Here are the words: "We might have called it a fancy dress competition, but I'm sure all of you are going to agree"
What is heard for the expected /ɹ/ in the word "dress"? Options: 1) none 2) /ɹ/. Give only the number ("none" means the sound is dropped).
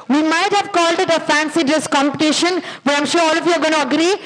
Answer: 1